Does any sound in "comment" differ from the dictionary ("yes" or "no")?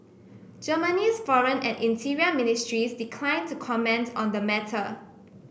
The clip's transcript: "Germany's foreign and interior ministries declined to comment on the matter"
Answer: no